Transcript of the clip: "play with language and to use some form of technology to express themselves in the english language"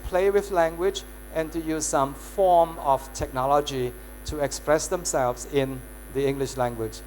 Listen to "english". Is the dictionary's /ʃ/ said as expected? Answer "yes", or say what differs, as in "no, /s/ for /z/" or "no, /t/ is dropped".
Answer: yes